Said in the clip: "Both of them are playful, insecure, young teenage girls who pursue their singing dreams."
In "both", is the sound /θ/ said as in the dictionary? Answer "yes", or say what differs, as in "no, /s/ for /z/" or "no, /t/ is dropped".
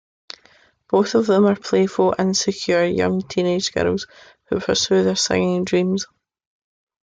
yes